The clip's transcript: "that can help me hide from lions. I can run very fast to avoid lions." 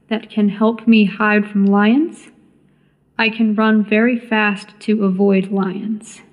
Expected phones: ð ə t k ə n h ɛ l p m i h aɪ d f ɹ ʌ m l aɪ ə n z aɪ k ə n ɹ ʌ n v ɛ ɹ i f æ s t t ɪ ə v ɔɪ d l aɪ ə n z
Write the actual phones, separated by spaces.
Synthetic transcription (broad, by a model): ð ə t k ə n h ɛ l p m i h aɪ d f ɹ ʌ m l aɪ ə n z aɪ k ə n ɹ ʌ n v ɛ ɹ i f æ s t t ɪ ə v ɔɪ d l aɪ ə n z